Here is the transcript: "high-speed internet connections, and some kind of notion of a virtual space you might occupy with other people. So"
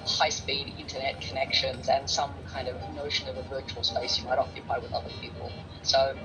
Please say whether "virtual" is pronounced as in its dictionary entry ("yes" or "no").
yes